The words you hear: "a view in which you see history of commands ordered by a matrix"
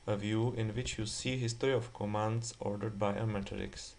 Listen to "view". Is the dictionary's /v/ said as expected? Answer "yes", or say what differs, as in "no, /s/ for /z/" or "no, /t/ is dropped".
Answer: yes